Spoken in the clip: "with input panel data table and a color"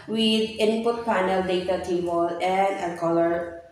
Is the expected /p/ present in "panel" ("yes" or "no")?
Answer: no